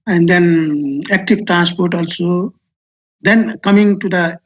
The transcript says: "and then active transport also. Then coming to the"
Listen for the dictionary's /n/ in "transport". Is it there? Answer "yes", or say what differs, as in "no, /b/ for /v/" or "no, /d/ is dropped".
yes